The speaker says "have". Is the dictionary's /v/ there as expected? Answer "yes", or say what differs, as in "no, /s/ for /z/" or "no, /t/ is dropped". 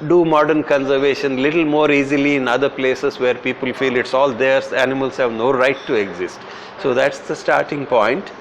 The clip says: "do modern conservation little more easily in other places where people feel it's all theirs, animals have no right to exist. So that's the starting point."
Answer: yes